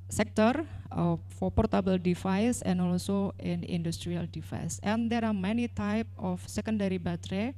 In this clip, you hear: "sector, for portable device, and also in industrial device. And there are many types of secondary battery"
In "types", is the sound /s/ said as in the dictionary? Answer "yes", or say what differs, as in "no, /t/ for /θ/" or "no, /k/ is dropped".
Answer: no, /s/ is dropped